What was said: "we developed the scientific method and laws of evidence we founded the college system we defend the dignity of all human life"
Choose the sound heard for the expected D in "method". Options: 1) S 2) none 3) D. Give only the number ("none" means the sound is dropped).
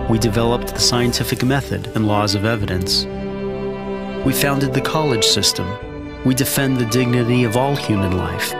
3